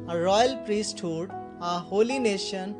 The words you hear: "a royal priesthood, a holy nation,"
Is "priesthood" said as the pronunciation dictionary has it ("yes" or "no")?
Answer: yes